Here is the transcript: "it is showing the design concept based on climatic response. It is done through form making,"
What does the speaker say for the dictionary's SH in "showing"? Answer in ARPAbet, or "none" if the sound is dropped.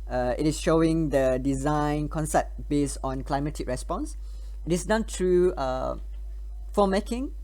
SH